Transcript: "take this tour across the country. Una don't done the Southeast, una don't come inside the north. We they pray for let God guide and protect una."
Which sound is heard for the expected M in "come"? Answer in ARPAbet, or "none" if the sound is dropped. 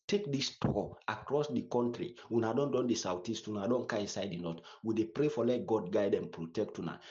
none